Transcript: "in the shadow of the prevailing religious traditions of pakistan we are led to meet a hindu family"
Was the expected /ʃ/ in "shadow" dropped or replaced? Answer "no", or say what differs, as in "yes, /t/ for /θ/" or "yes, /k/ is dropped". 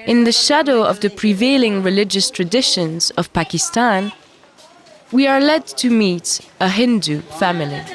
no